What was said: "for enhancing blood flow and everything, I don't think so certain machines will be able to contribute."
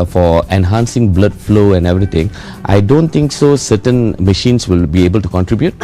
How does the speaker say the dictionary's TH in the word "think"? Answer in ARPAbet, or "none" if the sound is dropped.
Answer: T